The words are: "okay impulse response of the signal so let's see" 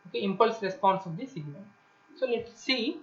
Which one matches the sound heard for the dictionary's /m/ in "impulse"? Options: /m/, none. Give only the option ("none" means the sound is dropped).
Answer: /m/